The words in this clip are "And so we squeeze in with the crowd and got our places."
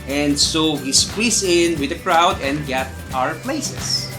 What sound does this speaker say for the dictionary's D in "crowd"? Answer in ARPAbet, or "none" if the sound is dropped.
D